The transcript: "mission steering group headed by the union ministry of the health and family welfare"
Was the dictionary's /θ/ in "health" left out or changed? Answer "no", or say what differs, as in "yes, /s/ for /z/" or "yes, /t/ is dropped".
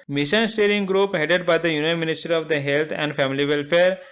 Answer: yes, /t/ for /θ/